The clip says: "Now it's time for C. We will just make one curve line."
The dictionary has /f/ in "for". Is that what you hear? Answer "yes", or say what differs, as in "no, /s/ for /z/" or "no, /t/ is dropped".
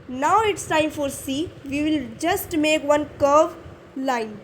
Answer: yes